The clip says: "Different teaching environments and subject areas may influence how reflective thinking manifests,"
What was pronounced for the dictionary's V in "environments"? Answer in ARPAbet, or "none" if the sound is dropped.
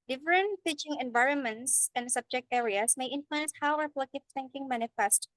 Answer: V